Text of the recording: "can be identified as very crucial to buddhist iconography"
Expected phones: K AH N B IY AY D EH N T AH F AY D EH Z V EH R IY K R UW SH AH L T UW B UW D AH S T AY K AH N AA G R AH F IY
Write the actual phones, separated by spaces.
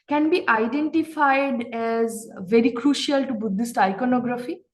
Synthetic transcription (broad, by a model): K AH N B IY AY D EH N T AH F AY D EH Z V EH R IY K R UW SH AH L T UW B UW D AH S T AY K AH N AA G R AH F IY